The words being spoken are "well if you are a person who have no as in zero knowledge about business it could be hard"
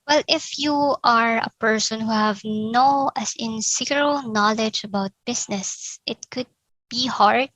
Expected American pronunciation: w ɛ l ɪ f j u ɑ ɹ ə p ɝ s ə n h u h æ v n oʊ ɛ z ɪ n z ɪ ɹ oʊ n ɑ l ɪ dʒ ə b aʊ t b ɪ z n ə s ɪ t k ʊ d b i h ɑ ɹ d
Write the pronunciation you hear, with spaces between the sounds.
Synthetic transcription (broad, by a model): w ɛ l ɪ f j u ɑ ɹ ə p ɝ s ə n h u h æ v n oʊ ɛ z ɪ n s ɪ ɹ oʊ n ɑ l ɪ dʒ ə b aʊ t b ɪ s n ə s ɪ t k ʊ d b i h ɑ ɹ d